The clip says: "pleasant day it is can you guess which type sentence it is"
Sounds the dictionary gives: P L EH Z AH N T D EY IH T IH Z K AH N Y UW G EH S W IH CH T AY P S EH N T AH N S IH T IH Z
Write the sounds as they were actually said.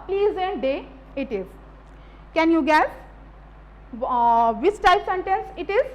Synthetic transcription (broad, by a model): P L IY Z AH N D D EY IH T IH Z K AH N Y UW G EH S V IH S T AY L S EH N T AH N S IH T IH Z